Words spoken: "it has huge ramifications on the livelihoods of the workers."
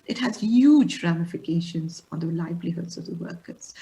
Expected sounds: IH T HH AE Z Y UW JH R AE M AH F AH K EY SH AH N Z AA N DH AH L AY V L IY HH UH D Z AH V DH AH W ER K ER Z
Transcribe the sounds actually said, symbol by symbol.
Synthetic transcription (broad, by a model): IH T HH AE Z Y UW JH R AE M AH F AH K EY SH AH N Z AA N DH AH L AY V L IY HH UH D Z AH V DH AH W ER K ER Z